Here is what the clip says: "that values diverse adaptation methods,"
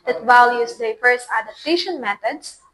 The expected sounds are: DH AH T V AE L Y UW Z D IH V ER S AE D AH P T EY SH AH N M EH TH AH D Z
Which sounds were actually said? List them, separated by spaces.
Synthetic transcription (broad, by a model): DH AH T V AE L Y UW S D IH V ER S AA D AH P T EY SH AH N M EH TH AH D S